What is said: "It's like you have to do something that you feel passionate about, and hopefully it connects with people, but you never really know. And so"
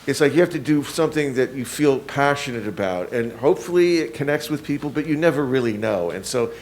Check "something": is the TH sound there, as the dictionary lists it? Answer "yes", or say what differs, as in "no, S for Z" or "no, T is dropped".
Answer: yes